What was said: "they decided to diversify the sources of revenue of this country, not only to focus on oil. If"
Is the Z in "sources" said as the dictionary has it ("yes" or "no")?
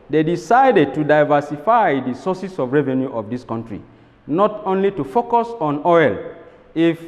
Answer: no